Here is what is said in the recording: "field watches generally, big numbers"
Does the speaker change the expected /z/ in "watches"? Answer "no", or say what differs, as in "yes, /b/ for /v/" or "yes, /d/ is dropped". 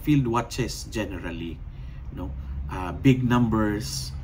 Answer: yes, /s/ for /z/